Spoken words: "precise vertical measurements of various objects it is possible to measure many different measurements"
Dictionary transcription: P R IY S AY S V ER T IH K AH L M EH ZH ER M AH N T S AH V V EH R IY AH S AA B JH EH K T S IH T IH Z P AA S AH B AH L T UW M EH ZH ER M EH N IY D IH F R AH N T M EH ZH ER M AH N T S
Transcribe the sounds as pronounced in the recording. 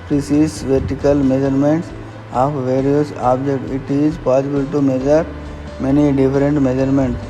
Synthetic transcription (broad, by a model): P R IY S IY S V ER T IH K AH L M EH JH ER M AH N T S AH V V EH R IY AH S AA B JH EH K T IH T IH Z P AA S AH B AH L T UW M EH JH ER M EH N IY D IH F R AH N T M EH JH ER M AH N T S